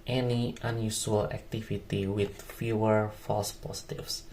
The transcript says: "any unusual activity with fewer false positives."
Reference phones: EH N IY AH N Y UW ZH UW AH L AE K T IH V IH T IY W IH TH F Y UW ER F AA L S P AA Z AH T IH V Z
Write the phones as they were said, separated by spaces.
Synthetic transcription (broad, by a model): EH N IY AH N Y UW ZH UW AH L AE K T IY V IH T IY W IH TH F Y UW ER F AA L S P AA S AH T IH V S